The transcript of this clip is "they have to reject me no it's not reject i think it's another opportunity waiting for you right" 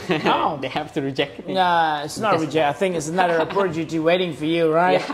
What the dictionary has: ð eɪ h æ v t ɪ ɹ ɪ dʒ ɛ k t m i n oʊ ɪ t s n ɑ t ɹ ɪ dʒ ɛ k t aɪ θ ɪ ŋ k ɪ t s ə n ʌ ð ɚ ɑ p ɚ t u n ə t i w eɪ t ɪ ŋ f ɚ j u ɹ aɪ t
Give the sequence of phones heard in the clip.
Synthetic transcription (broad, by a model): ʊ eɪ h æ f t ɪ ɹ ɪ dʒ ɛ k t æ ɪ t s n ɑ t ɹ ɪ dʒ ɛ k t aɪ θ ɪ ŋ k ɪ t s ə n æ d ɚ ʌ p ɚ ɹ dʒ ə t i w eɪ t ɪ ŋ f ɚ j u ɹ aɪ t